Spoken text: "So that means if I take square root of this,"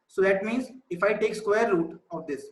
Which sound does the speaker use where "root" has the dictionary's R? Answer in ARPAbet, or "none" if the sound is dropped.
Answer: L